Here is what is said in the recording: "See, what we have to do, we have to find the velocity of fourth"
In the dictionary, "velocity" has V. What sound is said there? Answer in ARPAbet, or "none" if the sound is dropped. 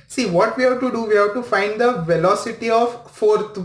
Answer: V